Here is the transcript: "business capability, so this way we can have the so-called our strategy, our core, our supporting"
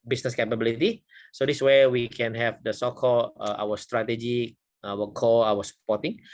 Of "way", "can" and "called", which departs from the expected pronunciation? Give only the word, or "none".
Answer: called